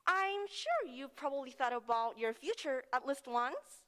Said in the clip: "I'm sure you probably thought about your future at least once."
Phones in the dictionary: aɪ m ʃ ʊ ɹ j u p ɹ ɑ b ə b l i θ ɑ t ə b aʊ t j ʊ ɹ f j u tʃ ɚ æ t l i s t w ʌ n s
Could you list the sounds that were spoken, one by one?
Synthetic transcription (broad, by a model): aɪ m ʃ ʊ ɹ j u p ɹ ɑ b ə b l i θ ɑ t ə b aʊ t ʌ ɹ f j u tʃ ɚ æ t l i s t w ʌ n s